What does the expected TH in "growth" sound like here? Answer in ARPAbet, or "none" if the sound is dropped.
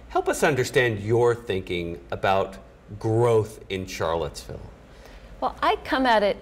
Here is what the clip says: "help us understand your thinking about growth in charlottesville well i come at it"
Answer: TH